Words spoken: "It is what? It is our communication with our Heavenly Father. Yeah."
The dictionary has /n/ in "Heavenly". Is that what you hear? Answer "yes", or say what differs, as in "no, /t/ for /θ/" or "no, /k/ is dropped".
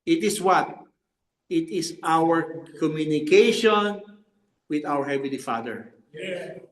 no, /n/ is dropped